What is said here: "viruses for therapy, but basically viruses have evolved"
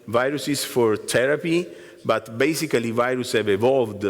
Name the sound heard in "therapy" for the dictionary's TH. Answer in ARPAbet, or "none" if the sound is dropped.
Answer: T